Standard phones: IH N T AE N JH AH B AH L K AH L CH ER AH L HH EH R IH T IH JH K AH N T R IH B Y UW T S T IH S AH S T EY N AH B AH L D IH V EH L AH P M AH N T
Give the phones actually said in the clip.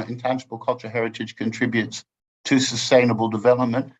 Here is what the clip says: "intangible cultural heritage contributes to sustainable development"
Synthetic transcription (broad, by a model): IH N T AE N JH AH B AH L K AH L CH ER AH HH EH R IH T IH JH K AH N T R IH B Y UW T S T IH S AH S T EY N AH B AH L D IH V EH L AH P M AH N T